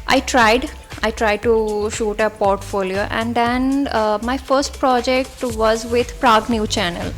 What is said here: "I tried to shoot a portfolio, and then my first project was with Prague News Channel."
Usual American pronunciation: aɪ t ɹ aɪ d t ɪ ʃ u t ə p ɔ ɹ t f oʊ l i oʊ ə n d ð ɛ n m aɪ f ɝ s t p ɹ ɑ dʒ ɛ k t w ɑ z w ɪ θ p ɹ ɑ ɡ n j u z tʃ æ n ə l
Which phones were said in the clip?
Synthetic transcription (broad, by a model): aɪ t ɹ aɪ d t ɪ ʃ u t ə p ɔ ɹ t f oʊ l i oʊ ə n d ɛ n m aɪ f ɝ s t p ɹ ɑ dʒ ɛ k t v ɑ z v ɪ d p ɹ ɑ ɡ n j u tʃ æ n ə l